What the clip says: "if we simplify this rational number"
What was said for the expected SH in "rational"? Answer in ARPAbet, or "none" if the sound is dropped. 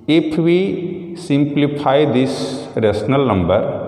S